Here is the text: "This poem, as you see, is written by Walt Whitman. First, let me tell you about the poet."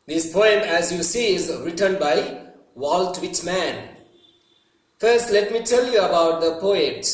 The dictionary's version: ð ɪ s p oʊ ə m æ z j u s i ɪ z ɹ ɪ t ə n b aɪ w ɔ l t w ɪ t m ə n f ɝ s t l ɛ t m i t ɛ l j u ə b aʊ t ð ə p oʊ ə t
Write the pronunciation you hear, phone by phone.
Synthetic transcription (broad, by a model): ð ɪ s p oʊ ə m æ z j u s i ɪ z ɹ ɪ t ə n b aɪ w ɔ l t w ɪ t m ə n f ɝ s t l ɛ t m i t ɛ l j u ə b aʊ t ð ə p oʊ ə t